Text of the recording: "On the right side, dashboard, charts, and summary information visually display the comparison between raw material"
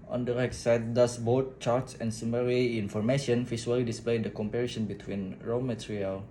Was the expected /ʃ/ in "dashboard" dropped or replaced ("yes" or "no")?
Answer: yes